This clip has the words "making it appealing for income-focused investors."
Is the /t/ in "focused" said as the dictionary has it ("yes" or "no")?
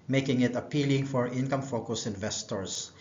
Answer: no